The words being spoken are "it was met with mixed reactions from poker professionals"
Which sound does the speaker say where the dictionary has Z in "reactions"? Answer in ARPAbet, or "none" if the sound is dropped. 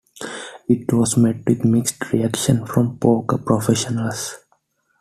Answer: none